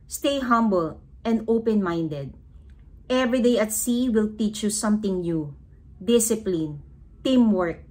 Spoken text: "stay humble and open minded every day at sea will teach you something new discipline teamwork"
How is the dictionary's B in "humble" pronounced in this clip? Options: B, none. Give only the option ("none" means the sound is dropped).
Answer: B